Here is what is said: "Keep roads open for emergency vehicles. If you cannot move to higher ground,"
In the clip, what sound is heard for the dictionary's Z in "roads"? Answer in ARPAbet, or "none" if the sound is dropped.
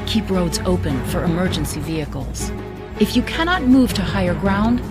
Z